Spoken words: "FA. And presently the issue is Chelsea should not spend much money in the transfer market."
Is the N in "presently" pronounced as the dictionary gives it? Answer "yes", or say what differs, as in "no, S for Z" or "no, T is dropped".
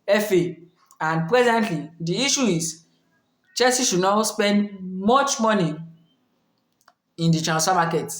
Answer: yes